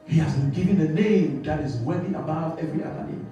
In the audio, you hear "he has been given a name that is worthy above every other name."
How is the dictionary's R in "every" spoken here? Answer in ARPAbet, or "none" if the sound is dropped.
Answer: R